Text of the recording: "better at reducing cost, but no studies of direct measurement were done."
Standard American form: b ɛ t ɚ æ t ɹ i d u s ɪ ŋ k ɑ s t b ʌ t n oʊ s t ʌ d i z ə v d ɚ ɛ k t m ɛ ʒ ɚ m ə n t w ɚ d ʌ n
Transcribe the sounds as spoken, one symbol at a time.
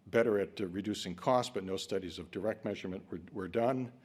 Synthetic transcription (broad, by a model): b ɛ t ɚ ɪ t ɹ i d u s ɪ ŋ k ɑ s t b ʌ t n oʊ s t ʌ d i z ə v d ɚ ɛ k t m ɛ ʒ ɚ m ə n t w ɚ d ʌ n